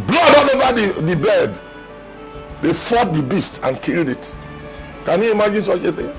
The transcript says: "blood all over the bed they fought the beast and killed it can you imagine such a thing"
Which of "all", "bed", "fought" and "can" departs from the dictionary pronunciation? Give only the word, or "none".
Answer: all